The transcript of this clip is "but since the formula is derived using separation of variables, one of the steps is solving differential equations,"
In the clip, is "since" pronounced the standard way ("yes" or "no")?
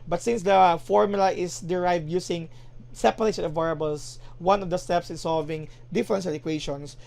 yes